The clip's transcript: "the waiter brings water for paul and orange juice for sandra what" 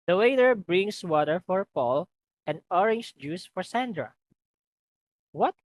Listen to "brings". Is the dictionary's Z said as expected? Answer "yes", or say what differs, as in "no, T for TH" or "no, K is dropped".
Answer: no, S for Z